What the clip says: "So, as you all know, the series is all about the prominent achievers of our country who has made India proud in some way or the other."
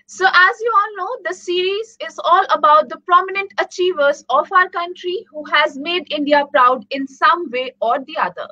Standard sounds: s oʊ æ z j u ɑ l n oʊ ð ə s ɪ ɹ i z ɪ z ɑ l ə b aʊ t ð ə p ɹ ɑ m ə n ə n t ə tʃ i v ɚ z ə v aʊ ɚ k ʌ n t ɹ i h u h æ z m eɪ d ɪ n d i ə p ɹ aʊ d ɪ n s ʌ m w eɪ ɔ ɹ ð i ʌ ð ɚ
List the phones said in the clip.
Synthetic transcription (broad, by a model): s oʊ æ z j u ɑ l n oʊ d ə s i ɹ i z ɪ z ɑ l ə b aʊ t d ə p ɹ ɑ m ə n ə n t ə tʃ i v ɚ z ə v aʊ ɚ k ʌ n t ɹ i h u h æ z m eɪ d ɪ n d i ə p ɹ aʊ d ɪ n s ʌ m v eɪ ɔ ɹ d i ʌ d ɚ